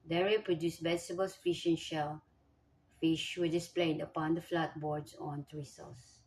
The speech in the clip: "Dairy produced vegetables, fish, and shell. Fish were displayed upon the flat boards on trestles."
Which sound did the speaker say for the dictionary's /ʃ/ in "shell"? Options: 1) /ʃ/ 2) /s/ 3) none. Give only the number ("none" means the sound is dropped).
1